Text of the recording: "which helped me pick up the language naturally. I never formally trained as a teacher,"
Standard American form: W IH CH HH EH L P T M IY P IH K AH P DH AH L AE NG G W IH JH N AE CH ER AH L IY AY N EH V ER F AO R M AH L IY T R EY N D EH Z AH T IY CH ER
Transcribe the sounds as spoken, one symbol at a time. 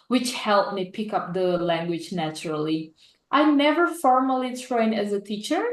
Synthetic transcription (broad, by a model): W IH CH HH EH L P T M IY P IH K AH P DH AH L AE NG G W IH JH N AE CH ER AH L IY AY N EH V ER F AO R M AH L IY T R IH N EH Z AH T IY CH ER